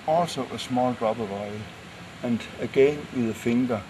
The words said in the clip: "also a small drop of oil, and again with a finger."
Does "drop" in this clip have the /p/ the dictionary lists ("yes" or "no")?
no